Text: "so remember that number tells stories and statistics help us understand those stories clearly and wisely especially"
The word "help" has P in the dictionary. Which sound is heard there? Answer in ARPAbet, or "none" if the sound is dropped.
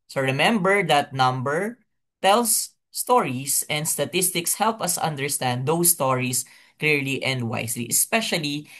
P